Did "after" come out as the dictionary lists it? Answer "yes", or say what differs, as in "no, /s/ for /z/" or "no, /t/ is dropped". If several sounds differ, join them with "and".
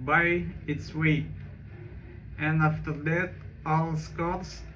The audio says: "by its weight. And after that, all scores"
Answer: yes